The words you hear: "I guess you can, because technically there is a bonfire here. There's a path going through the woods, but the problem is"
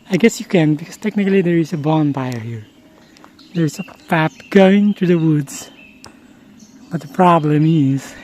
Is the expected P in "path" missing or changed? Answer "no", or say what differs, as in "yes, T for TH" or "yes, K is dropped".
yes, F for P